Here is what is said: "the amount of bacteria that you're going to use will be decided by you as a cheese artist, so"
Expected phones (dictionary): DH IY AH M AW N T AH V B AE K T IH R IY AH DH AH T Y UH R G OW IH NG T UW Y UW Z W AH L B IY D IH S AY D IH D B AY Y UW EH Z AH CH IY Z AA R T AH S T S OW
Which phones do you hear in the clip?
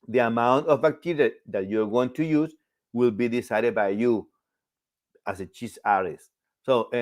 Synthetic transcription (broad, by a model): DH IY AH M AW N T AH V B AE K T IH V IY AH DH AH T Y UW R G OW IH NG T UW Y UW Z W AH L B IY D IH S AY D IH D B AY Y UW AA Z AH CH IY S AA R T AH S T S OW